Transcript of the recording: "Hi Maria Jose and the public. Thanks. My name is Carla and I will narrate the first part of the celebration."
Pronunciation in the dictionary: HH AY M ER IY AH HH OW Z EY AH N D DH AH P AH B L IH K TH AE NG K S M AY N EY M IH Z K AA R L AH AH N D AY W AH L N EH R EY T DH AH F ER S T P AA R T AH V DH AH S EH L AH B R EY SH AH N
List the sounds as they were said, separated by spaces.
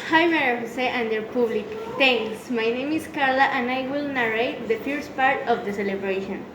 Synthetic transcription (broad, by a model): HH AY M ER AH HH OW S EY AH N D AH P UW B L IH K T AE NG K S M AY N EY M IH S K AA R L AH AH N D AY W AH L N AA R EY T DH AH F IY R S P AA R T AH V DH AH S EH L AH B R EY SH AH N